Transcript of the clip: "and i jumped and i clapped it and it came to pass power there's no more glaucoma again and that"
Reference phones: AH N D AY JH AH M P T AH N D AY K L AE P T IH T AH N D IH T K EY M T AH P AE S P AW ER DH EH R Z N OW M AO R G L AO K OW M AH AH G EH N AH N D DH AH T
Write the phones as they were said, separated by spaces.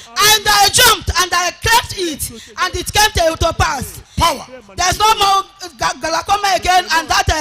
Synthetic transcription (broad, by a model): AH N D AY JH AH M P T AH N D AY K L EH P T IH T AH N D IH T K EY M T AH P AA S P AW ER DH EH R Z N OW M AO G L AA K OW M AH AH G EH N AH N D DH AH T